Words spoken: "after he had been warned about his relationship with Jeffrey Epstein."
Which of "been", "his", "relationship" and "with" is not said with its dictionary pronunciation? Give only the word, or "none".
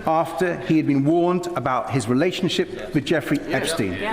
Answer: none